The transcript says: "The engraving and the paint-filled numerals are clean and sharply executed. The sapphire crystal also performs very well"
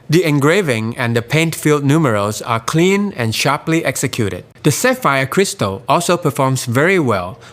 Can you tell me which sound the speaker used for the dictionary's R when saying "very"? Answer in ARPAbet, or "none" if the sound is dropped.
R